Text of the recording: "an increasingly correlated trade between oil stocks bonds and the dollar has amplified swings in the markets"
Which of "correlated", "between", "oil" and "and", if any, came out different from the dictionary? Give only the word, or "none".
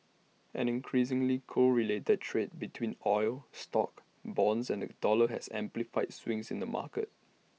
none